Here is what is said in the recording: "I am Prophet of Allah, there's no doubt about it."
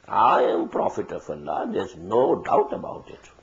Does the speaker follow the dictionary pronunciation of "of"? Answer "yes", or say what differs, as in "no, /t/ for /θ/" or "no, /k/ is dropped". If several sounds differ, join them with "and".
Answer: no, /f/ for /v/